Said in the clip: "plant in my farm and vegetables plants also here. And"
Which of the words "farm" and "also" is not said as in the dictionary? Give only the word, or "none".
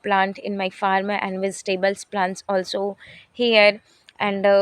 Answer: none